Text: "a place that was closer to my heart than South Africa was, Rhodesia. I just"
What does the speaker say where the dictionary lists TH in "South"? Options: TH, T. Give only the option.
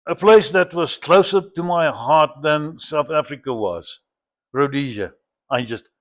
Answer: TH